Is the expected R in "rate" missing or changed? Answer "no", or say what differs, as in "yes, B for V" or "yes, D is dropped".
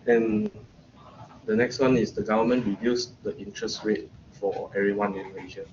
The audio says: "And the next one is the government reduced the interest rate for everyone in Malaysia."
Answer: yes, W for R